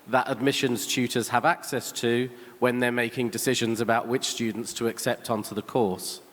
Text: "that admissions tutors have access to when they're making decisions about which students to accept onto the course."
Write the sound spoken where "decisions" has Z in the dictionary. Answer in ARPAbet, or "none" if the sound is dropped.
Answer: Z